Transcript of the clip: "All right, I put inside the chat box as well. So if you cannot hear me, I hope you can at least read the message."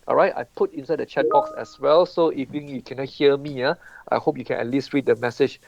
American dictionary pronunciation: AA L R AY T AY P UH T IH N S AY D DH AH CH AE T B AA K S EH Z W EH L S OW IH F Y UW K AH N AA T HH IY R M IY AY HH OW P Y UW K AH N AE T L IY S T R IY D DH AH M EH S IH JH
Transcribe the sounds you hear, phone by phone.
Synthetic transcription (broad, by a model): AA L R AY T AY P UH T IH N S AY D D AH CH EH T B AA K S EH S W EH L S OW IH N Y UW K AH N AA T HH IY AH M IY AY HH OW P Y UW K AH N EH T L IY S T R IY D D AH M EH S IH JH